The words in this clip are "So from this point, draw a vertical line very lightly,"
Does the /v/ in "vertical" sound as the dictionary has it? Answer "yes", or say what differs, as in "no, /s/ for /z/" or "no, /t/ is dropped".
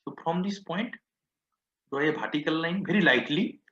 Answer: no, /b/ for /v/